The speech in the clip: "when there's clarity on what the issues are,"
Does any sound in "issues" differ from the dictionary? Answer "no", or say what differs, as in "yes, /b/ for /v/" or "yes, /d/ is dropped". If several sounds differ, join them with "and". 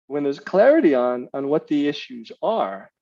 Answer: no